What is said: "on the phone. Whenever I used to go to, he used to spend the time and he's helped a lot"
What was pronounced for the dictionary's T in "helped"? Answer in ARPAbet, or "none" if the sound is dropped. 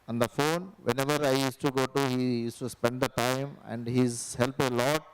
none